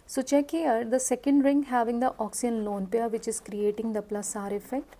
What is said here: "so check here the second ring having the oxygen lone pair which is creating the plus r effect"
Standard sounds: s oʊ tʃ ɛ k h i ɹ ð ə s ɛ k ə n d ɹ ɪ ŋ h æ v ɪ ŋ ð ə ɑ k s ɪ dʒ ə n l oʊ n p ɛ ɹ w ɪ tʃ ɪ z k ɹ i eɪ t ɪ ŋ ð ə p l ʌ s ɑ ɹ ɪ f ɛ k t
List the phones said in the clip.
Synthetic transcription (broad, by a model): s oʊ tʃ ɛ k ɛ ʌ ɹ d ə s ɛ k ə n d ɹ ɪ ŋ h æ v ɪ ŋ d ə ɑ k s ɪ ə n l oʊ n p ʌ ɹ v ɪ tʃ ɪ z k ɹ i eɪ t ɪ ŋ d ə p l ʌ s ɑ ɹ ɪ f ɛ k t